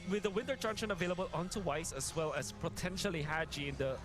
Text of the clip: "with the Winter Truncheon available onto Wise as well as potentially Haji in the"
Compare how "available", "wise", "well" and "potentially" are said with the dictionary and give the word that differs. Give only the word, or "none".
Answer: wise